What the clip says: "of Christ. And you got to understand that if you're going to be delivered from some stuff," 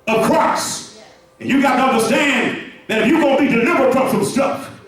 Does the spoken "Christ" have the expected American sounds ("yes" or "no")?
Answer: no